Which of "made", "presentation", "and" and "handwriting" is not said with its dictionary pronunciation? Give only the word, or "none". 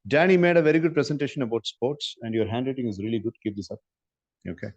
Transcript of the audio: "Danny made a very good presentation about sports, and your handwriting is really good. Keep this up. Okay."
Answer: handwriting